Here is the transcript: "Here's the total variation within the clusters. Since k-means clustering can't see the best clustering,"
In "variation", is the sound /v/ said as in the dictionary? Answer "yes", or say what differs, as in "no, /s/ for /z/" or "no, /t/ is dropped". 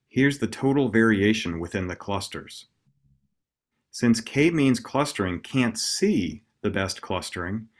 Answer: yes